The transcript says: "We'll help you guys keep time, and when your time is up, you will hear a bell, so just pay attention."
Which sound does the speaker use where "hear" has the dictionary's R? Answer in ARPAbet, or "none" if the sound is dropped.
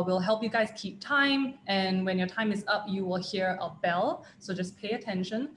R